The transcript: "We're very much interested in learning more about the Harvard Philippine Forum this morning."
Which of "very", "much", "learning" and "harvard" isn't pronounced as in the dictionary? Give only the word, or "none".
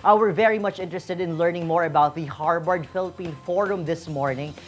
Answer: harvard